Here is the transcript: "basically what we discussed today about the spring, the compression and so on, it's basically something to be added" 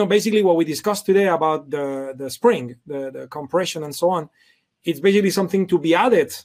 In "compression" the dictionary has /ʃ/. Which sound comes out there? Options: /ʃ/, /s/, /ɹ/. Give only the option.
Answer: /ʃ/